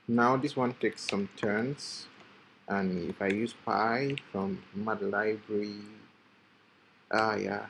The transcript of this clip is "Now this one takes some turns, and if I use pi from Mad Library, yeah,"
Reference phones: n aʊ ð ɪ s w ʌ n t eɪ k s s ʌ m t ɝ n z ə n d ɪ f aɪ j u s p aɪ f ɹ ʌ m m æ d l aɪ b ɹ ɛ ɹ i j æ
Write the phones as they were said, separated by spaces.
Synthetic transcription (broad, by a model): n aʊ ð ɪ s w ʌ n t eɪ k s s ʌ m t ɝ n s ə n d ɪ f aɪ j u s p aɪ f ɹ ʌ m m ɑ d l aɪ b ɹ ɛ ɹ i j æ